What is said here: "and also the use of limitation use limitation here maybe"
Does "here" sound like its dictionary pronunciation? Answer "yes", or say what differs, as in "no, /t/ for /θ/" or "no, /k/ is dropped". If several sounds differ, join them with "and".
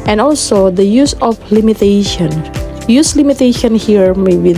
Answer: yes